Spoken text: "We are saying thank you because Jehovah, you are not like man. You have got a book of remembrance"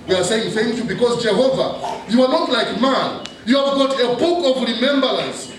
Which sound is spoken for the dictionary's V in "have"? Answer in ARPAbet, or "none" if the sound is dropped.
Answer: V